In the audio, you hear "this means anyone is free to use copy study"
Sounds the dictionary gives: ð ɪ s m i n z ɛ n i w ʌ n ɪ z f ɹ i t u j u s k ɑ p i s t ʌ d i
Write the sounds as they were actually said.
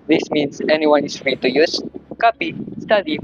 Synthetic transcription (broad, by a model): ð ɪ s m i n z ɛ n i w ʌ n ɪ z f ɹ i t u j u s k ɑ p i s t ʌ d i